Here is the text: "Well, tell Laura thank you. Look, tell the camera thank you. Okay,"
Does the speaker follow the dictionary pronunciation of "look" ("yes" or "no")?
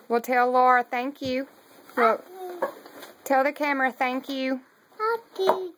no